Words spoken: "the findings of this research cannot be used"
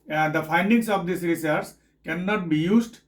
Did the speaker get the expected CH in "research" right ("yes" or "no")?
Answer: no